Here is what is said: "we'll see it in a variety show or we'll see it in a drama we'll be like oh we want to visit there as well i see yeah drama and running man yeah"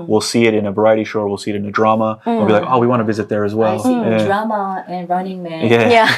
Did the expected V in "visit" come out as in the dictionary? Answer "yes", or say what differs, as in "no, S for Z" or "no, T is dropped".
yes